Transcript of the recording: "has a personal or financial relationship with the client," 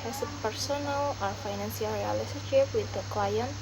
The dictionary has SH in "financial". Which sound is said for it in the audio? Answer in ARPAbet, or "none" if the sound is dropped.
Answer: S